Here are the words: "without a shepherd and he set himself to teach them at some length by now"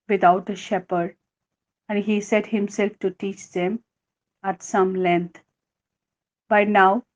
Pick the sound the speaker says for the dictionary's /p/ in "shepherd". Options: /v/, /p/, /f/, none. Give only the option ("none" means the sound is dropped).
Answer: /p/